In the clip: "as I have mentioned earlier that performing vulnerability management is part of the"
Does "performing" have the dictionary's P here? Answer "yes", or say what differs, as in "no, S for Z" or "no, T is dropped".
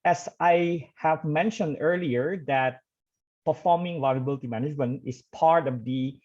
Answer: yes